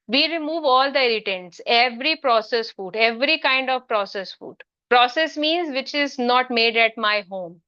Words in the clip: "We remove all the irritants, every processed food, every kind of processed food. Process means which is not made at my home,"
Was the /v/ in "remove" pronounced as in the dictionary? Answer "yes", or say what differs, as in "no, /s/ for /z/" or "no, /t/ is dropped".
yes